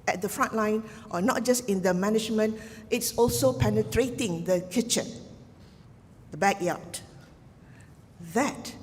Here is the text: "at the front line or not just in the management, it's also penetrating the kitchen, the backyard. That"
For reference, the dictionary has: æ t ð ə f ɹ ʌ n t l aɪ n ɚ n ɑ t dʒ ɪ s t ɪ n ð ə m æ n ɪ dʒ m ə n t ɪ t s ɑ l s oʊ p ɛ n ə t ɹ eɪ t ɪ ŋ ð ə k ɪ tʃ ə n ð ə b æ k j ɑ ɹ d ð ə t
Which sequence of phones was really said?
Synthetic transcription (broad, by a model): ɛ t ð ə f ɹ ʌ n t l aɪ n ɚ n ɑ t dʒ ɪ s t ɪ n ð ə m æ n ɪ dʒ m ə n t ɪ t s ɑ l s oʊ p ɛ n ə t ɹ eɪ t ɪ ŋ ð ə k ɪ tʃ ə n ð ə b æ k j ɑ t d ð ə t